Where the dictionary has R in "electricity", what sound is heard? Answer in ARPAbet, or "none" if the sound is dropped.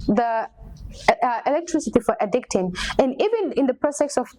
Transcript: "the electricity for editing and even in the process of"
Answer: R